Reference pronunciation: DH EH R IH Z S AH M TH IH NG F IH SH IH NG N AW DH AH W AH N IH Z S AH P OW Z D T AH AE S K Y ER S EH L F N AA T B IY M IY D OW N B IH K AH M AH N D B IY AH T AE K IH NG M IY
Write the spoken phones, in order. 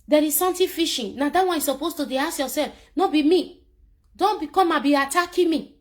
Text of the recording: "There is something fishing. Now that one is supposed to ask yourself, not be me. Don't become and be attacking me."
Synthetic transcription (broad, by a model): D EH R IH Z S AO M T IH F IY SH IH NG N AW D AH W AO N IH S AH P OW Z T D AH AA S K Y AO S EH L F N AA B IY M IY D OW N B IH K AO M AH B IY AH T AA K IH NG M IY